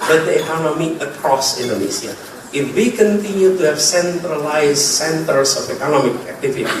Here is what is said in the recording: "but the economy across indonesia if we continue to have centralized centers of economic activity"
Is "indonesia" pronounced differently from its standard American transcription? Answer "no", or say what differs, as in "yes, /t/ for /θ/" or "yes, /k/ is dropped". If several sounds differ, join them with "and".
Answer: yes, /s/ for /ʒ/